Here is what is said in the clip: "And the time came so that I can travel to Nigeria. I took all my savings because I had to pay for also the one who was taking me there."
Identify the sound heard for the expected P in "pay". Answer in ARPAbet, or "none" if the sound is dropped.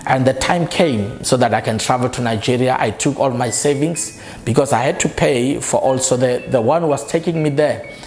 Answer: P